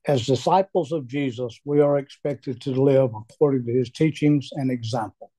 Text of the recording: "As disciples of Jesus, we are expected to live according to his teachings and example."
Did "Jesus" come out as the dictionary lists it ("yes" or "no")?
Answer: yes